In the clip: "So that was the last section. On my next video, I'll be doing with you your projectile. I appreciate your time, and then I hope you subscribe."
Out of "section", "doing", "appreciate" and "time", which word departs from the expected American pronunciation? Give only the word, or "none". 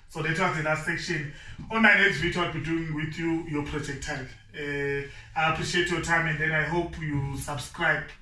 none